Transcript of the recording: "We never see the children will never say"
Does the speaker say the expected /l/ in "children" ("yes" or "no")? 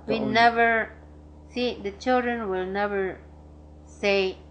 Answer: yes